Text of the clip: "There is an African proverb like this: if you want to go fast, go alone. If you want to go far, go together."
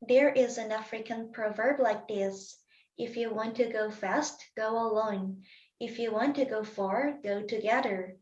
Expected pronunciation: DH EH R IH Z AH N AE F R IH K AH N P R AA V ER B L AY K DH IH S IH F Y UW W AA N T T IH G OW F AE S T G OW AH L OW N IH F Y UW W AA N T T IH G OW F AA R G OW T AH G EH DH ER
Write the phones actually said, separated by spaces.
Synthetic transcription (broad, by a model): DH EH R IH Z AH N AE F R IH K AH N P R AA V ER B L AY K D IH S IH F Y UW W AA N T T IH G OW F AE S T G OW AH L OW N IH F Y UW W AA N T T IH G OW F AA R G OW T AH G EH DH ER